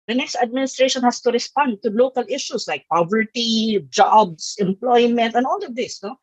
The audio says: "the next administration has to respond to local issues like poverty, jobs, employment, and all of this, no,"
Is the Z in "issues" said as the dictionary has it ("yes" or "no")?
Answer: no